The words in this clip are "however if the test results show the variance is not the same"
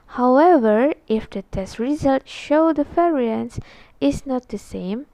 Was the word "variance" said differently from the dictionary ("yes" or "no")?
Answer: yes